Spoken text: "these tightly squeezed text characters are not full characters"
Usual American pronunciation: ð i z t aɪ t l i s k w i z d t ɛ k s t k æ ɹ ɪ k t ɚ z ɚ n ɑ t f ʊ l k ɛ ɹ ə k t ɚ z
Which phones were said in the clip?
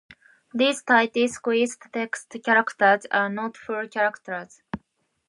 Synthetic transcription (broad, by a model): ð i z t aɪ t i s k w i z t t ɛ k s t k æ ɹ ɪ k t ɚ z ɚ n ɑ t f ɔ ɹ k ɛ ɹ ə k t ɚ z